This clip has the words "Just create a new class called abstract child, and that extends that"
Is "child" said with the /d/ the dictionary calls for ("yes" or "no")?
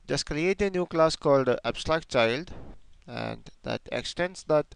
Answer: yes